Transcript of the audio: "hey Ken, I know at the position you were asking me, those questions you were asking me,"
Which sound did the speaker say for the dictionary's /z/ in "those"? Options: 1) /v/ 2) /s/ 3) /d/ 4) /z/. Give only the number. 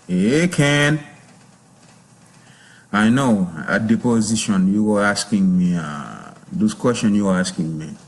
2